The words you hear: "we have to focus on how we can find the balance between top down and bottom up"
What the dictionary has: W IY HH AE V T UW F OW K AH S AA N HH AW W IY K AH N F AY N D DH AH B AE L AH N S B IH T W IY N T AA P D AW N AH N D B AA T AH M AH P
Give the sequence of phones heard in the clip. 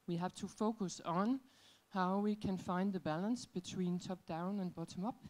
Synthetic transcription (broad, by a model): W IY HH AE V T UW F OW K AH S N HH AW W IY K AH N F AY N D DH AH B AE L AH N S B IH T W IY N T AA P D AW N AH N B AA T AH M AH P